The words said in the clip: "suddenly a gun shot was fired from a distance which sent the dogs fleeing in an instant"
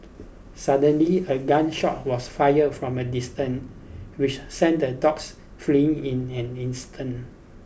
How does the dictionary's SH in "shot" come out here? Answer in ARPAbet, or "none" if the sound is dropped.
SH